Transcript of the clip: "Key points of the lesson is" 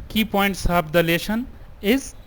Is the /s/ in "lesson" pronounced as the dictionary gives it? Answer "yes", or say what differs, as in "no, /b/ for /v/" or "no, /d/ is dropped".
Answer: no, /ʃ/ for /s/